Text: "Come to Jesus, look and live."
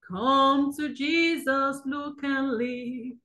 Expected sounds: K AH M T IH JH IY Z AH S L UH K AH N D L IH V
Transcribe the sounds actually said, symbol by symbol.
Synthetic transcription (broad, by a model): K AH M T IH JH IY Z AH S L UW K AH N L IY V